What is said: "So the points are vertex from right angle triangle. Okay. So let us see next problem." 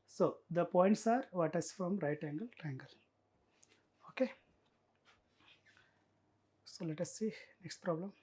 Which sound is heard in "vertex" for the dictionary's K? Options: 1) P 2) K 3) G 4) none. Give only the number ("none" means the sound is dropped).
4